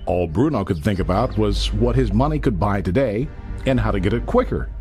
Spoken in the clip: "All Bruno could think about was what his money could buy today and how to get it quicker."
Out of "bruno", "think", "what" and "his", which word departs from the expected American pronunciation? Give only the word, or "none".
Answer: none